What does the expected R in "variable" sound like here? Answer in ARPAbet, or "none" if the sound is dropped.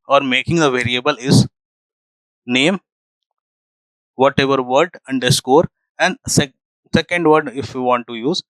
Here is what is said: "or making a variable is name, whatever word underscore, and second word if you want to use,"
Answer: R